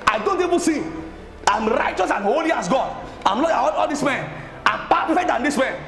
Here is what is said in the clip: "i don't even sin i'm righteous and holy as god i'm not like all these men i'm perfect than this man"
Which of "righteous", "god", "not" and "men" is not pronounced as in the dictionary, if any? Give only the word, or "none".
not